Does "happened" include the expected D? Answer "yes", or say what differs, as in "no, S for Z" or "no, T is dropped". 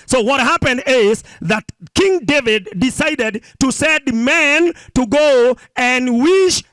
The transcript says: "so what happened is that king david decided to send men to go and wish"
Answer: yes